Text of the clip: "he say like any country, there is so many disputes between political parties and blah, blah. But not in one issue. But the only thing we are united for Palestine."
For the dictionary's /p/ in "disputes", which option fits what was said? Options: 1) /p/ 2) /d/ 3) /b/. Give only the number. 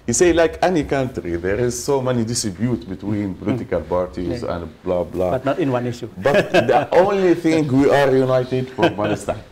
3